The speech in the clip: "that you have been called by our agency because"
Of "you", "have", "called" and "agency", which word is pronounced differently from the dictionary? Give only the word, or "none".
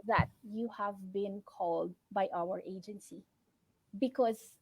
none